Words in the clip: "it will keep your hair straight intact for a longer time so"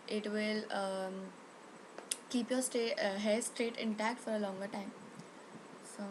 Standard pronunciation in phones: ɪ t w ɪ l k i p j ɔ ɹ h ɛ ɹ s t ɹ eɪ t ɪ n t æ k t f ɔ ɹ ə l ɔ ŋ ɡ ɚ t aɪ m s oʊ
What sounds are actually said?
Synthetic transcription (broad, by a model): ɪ t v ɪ l k i p j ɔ ɹ h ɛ s t ɹ eɪ t ɪ n t æ k t f ɔ ɹ ə l ɔ ŋ ɡ ɚ t aɪ m s oʊ